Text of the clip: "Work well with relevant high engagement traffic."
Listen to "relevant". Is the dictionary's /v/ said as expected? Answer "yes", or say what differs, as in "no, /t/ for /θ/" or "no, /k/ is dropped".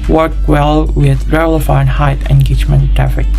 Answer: no, /f/ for /v/